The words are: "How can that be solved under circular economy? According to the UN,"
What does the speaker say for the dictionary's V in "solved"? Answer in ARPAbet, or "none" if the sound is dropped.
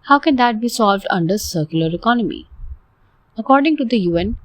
V